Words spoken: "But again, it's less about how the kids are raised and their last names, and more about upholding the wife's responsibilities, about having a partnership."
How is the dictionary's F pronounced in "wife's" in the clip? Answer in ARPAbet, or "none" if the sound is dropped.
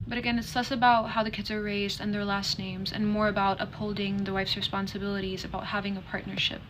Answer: F